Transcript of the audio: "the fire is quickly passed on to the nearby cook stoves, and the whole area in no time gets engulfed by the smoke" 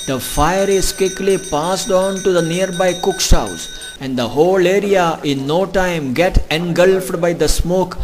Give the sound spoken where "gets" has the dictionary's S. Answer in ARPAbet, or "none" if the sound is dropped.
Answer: none